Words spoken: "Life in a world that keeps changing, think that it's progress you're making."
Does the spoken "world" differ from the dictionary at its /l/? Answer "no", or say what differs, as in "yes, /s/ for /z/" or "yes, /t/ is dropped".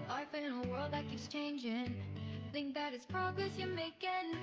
no